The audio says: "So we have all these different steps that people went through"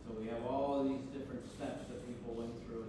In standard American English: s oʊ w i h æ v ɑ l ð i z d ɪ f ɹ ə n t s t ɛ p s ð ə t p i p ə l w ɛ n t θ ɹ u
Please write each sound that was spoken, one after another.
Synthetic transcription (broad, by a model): s oʊ w i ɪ v ɑ l ð i z d ɪ f ɹ ə n t s t ɛ p s ð ə t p i p l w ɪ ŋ θ ɹ u